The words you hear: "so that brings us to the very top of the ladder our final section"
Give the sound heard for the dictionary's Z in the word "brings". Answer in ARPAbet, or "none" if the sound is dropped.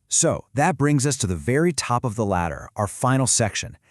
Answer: Z